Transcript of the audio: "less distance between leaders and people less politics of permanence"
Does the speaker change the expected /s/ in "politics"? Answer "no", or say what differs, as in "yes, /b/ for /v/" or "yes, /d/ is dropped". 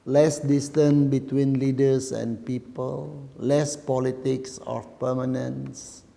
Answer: no